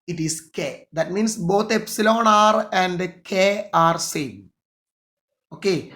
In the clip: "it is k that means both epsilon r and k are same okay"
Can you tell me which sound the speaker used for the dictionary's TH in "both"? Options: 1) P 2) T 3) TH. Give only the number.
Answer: 2